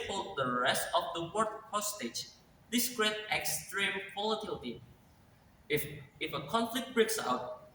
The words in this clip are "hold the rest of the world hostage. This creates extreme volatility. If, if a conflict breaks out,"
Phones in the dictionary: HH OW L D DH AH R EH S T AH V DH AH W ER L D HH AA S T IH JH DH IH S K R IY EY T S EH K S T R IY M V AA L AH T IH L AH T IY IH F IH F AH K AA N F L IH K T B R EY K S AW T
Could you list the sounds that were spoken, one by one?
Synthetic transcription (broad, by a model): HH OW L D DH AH R EH S T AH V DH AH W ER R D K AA S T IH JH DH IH S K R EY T EH K S T R IY M P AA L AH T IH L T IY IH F IH F AH K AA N F L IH K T B R EY K S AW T